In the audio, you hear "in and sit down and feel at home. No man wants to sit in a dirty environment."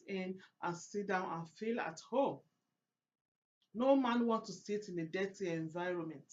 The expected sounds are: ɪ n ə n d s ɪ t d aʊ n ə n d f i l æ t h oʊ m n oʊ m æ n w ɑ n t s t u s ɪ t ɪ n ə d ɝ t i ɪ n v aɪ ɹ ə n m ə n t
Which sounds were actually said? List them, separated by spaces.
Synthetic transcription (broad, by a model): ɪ n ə n s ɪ t d aʊ n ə n f i l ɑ t h oʊ m n oʊ m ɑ n w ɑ n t t u s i t ɪ n ə d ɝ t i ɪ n v aɪ ɹ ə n m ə n t